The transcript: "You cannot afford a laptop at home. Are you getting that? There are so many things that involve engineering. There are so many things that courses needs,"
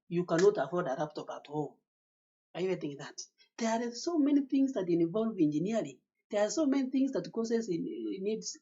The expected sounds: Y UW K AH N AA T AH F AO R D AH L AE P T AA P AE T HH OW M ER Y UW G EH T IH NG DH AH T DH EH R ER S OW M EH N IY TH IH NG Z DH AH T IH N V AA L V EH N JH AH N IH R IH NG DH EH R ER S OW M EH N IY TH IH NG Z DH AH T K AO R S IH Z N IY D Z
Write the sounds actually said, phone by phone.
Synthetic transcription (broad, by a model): Y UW K AH N AA T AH F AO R D AH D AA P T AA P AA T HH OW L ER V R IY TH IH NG DH AH T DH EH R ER S OW M EH N IY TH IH NG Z DH AH T IH N V AA L V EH N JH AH N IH L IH DH EH R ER S OW M EH N IY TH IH NG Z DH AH T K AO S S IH N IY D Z